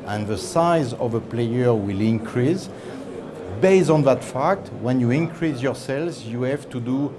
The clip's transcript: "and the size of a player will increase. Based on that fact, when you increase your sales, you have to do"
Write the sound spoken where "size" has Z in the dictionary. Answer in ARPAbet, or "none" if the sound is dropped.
Z